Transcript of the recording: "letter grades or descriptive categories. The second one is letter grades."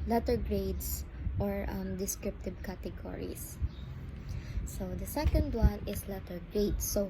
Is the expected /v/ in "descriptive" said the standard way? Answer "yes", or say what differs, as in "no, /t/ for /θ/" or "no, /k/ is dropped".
no, /b/ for /v/